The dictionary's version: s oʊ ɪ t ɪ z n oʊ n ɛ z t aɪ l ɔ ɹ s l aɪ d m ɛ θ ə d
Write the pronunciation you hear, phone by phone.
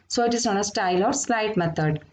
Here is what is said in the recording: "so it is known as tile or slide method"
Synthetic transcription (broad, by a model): s oʊ ɪ t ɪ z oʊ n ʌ s t aɪ l ɔ ɹ s l aɪ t m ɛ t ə d